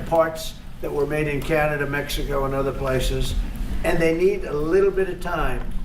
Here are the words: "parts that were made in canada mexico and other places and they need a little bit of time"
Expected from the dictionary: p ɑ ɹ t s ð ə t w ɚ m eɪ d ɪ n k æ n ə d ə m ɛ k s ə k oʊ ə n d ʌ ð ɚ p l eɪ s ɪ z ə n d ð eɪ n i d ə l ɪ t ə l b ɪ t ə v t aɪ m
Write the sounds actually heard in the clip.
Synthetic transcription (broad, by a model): p ɑ ɹ t s ð ə t w ɚ m eɪ d ɪ n k æ n ə d ə m ɛ k s ə k oʊ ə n ʌ ð ɚ p l eɪ s ɪ z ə n ð eɪ n i d ə l ɪ t l b ɪ t ə v t aɪ m